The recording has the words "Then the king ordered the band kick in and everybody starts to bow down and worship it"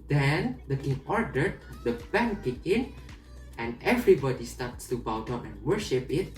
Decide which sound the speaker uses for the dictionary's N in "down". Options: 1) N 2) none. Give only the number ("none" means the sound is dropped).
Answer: 2